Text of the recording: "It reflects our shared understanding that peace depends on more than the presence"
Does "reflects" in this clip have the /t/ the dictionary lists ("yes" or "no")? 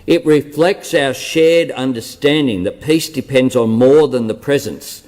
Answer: yes